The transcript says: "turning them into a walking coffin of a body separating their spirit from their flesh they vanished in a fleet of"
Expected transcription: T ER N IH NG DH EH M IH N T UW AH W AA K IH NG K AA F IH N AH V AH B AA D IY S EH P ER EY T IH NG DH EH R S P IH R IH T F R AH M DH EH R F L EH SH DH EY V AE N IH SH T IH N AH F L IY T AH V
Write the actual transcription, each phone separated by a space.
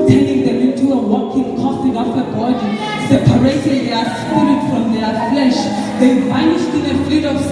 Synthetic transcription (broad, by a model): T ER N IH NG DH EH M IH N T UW AH W AA K IH NG K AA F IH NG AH F AH B AA D IY S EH P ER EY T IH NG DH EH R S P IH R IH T F R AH M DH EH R F L EH SH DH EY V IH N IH S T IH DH AH F L IY T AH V